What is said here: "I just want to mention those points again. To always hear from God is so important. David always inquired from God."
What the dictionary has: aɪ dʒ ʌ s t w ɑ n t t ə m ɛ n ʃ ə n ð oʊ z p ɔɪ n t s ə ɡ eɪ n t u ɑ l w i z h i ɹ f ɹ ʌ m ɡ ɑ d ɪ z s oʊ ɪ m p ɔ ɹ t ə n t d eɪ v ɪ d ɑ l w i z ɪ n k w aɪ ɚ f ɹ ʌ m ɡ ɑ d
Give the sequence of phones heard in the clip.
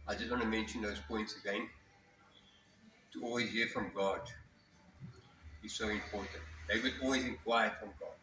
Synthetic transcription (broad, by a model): aɪ dʒ ʌ s t w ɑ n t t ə m ɛ n ʃ ə n ð oʊ z p ɔɪ n t s ə ɡ eɪ n t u ɑ l w i z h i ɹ f ɹ ʌ m ɡ ɑ d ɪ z s oʊ ɪ m p ɔ ɹ t ə n t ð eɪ w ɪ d ɑ l w i z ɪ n k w aɪ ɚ f ɹ ʌ m ɡ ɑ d